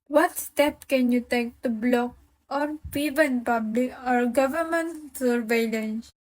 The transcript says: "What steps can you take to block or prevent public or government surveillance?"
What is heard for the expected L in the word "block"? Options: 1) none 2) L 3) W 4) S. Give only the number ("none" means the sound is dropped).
2